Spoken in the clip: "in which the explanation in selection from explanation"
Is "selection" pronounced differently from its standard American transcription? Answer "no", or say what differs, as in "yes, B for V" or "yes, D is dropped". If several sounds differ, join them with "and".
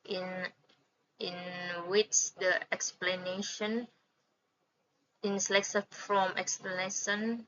yes, S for SH